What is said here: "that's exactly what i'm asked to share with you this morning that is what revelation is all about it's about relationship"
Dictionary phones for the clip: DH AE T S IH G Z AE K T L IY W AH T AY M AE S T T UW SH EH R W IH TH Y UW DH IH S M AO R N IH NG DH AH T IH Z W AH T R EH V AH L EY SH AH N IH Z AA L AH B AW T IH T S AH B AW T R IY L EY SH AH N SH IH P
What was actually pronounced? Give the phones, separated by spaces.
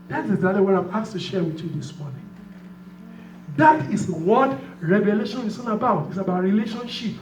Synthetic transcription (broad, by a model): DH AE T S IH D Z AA T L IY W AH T AY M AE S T T UW SH EH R W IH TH Y UW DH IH S M AO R N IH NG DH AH T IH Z W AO T R EH V AH L EY SH AH N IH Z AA N AH B AW T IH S AH B AW T R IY L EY SH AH N SH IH P